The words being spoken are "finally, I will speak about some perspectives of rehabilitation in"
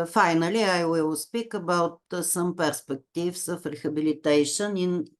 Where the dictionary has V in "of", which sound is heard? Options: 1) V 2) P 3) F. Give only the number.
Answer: 3